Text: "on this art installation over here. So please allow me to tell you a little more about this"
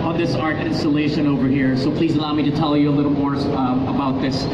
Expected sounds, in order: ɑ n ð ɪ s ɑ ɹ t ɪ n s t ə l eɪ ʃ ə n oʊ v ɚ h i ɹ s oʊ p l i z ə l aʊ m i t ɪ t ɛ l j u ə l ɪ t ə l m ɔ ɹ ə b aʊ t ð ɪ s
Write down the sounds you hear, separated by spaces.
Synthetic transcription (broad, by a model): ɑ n ð ɪ s ɑ ɹ t ɪ n s t ə l eɪ ʃ ə n oʊ v ɚ h i ɹ s oʊ p l i z ə l aʊ m i t ɪ t ɛ l j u ə l ɪ t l m ɔ ɹ ə b aʊ t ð ɪ s